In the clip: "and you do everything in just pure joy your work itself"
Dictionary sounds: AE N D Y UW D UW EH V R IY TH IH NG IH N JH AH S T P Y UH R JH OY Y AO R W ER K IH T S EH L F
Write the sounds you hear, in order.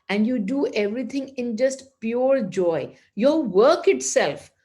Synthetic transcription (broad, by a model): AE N D Y UW D UW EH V R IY T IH NG IH N JH AH S T P Y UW R JH OY Y AO R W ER K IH T S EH L F